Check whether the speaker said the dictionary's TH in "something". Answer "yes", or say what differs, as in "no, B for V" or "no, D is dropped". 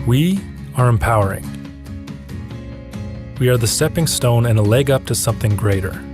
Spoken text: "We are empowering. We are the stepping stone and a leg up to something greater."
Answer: yes